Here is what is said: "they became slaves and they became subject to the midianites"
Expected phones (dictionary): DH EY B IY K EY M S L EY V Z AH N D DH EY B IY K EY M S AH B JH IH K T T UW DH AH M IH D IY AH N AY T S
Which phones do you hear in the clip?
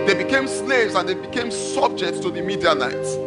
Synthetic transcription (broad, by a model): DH EY B IY K EY M S L EY V Z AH N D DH EY B IY K EY M S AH B JH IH K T T UW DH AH M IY D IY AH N AY T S